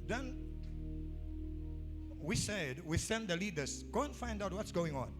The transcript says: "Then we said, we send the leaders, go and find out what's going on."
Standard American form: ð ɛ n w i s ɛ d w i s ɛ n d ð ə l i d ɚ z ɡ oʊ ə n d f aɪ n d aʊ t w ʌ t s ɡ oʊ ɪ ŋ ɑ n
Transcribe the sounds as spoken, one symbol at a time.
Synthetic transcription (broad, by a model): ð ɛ n w i s ɛ d w i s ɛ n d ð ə l i d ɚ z ɡ oʊ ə n f aɪ n d aʊ t w ʌ t s ɡ oʊ ɪ ŋ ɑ n